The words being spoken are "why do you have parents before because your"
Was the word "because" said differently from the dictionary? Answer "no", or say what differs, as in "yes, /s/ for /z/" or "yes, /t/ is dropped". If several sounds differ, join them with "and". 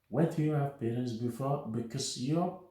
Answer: yes, /s/ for /z/